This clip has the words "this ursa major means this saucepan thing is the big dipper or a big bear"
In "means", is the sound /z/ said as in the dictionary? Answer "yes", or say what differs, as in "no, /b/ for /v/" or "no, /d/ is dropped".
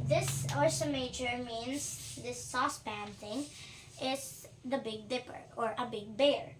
no, /s/ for /z/